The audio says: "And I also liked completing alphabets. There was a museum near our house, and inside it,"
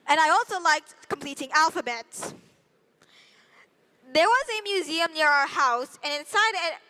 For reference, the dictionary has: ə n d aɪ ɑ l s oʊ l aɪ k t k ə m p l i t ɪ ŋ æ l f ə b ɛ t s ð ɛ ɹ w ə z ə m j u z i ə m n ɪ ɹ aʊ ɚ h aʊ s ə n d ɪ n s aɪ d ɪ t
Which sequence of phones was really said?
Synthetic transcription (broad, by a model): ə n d aɪ ɑ l s oʊ l aɪ k t k ə m p l i t ɪ ŋ æ l f ə b ɛ t s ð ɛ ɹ w ə z ə m j u z i ə m n ɪ ɹ aʊ ɚ h aʊ s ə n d ɪ n s aɪ d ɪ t